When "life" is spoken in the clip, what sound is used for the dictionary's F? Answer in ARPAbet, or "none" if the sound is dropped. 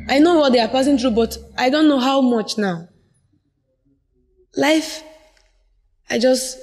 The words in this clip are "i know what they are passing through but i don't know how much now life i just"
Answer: F